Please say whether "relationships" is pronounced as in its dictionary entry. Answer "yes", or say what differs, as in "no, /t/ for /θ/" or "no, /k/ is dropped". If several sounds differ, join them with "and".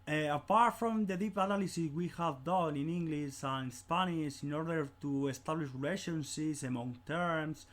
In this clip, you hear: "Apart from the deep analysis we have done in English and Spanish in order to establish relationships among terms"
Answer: no, /p/ is dropped